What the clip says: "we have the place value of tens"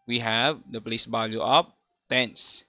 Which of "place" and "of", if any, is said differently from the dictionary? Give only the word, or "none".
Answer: of